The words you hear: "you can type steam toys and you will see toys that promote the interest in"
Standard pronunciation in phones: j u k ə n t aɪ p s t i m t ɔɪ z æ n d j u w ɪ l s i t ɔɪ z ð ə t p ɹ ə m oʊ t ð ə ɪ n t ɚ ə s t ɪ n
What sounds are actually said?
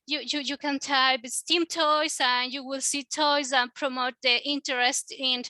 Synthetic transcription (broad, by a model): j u k ə n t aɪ b s t i m t ɔɪ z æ n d j u w ɪ l s i t ɔɪ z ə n p ɹ ə m oʊ t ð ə ɪ n t ɚ ə s t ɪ n